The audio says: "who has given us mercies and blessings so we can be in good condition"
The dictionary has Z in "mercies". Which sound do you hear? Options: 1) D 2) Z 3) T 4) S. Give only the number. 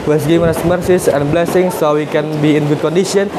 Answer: 4